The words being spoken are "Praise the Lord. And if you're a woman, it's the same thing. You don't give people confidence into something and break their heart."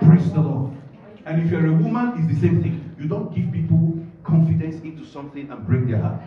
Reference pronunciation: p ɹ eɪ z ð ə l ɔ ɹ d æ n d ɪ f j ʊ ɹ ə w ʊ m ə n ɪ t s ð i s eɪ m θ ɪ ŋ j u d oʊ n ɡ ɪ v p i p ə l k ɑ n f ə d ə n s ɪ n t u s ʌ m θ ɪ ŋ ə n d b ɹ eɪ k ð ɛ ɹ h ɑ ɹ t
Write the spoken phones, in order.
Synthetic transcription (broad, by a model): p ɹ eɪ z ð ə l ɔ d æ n ɪ f j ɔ ɹ ə w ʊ m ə n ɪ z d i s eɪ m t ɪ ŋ j u d oʊ n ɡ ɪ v p i p ə l k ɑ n f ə d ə n s ɪ n t u s ʌ m θ ɪ ŋ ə n b ɹ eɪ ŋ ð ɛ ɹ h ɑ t